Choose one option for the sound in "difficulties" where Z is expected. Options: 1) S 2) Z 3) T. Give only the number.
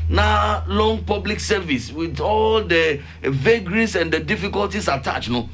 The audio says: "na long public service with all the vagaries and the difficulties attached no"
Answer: 1